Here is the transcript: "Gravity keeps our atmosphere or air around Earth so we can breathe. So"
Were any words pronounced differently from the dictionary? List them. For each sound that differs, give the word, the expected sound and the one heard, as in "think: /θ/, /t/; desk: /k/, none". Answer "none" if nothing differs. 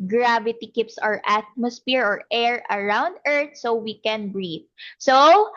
earth: /θ/, /t/